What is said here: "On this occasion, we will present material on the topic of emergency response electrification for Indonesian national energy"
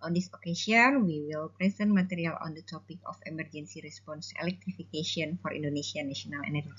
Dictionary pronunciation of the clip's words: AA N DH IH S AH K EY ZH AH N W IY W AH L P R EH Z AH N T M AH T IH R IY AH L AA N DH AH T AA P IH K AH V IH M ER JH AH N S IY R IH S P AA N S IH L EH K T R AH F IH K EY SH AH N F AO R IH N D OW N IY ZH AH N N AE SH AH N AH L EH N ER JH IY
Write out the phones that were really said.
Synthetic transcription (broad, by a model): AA N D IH S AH K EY S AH N W IY W AH L P R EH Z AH N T M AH T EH R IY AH L AA N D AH T AA P IH K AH F IH M ER JH AH N S IY R IH S P AA N S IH L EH K T R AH F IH K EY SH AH N F AO R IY N D OW N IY S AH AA N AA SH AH N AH L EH N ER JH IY